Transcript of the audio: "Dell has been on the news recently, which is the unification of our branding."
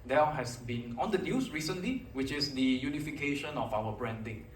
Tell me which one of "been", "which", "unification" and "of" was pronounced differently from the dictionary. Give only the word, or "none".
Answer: of